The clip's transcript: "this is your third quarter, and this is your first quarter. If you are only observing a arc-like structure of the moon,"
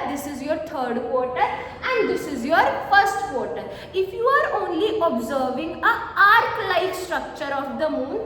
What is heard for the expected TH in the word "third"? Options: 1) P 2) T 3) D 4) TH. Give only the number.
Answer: 2